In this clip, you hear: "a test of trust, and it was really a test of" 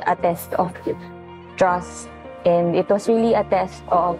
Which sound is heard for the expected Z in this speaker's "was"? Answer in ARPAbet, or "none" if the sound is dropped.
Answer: S